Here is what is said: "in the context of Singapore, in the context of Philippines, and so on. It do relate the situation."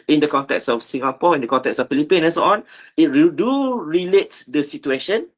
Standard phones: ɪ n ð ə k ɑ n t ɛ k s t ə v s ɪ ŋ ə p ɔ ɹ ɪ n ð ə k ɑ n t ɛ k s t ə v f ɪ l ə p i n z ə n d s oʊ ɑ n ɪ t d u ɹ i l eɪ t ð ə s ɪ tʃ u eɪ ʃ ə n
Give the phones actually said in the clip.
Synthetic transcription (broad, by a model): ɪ n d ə k ɑ n t ɛ k s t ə f s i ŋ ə p ɔ ɪ n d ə k ɑ n t ɛ k s ə f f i l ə p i n ə n s oʊ ɑ n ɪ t d u ɹ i l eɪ t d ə s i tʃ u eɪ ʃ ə n